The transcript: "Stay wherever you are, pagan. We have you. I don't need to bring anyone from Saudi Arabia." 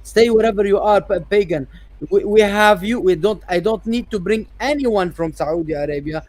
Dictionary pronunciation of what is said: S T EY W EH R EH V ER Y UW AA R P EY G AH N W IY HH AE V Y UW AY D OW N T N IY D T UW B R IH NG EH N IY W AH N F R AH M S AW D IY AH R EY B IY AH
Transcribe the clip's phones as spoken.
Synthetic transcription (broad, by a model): S T EY W EH R EH V ER Y UW AA R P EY G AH N W IY HH AE V Y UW AY D OW N T N IY D T UW B R IH NG EH N IY W AH N F R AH M S AW D IY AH R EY B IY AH